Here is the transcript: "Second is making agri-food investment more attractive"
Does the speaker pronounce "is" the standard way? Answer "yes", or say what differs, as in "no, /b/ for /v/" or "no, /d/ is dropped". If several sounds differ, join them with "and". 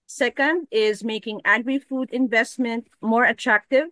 yes